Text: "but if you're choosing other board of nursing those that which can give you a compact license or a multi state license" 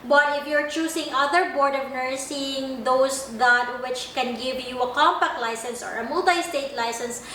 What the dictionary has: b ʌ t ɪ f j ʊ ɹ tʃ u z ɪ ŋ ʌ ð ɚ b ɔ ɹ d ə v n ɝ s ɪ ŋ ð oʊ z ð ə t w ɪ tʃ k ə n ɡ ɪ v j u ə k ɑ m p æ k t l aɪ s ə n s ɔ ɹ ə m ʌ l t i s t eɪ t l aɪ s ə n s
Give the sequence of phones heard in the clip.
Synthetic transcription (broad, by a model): b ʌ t ɪ f j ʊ ɹ tʃ u s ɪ ŋ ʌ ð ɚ b ɔ ɹ d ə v n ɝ s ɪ ŋ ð oʊ s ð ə t w ɪ tʃ k ə n ɡ ɪ v j u ə k ɑ m p æ k t l aɪ s ə n s ɔ ɹ ə m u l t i s t eɪ t l aɪ s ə n s